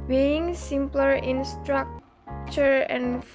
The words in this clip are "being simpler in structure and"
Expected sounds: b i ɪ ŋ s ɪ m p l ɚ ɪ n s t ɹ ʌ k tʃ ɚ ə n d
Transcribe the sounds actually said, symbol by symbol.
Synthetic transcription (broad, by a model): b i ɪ ŋ s ɪ m p l ɚ ɪ n s t ɹ ʌ k tʃ ɚ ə n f